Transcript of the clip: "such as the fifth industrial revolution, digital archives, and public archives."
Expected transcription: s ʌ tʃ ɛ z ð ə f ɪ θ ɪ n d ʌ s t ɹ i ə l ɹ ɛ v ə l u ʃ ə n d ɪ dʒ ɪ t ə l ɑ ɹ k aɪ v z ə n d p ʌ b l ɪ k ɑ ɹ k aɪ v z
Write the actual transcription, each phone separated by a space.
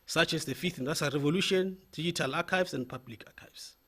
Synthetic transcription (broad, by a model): s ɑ tʃ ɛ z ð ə f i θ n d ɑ t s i ɹ ɛ v ə l u ʃ ə n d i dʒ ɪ t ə l ɑ k aɪ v s ə n d p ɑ b l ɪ k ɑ k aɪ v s